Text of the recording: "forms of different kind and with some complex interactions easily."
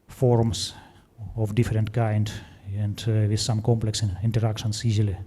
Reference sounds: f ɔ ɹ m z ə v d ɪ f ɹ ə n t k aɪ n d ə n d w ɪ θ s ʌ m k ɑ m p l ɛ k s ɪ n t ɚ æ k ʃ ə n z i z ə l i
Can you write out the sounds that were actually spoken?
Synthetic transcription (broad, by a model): f ɔ ɹ m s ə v d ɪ f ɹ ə n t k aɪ n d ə n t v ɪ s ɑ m k ɑ m p l ɛ k s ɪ n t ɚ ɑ k s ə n s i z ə l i